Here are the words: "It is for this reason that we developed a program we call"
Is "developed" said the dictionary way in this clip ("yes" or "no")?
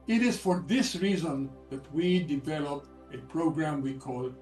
no